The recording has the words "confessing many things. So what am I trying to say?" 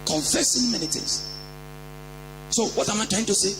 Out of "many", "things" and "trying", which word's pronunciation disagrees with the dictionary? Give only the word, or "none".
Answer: things